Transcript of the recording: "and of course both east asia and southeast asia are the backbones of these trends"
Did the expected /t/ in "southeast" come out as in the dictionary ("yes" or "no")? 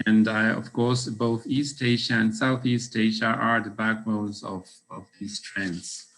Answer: yes